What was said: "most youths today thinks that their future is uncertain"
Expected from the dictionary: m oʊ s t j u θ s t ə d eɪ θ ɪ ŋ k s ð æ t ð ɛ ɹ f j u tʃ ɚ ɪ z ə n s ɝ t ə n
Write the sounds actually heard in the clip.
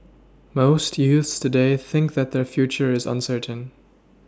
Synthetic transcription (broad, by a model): m oʊ s t j u θ s t ə d eɪ θ ɪ ŋ k ð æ t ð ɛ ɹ f j u tʃ ɚ ɪ z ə n s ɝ t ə n